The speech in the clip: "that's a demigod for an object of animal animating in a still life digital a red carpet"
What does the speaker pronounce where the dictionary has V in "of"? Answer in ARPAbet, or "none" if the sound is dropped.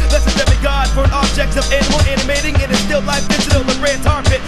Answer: V